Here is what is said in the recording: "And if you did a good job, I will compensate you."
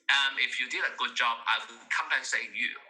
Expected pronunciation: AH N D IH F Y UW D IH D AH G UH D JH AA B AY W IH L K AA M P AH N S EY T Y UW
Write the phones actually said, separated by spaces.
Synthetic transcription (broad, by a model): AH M IH F Y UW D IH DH AH G UH D JH AA B AY W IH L K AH M B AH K S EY Y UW